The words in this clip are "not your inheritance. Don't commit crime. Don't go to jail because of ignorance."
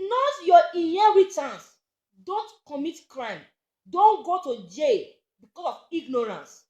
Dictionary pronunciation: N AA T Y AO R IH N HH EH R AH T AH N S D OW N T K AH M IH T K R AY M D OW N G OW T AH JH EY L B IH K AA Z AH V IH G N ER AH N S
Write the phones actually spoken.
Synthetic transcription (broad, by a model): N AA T Y AO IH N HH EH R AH T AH N S D OW N T K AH M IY T K R AY M D OW N G OW T AH JH EY B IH K AA S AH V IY G N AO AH N S